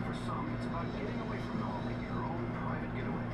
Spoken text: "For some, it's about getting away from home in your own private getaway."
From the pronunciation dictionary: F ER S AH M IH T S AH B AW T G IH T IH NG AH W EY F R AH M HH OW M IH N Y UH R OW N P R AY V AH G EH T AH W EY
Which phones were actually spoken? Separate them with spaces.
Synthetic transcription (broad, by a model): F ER S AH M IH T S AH EH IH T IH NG AH W EY F R AH M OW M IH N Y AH R OW N P R AY V AH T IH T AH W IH